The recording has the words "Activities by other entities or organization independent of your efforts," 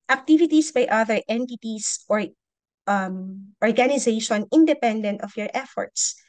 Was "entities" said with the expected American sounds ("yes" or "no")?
no